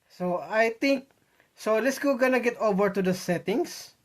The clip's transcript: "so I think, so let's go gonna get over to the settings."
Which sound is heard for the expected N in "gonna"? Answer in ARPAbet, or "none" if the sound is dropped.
N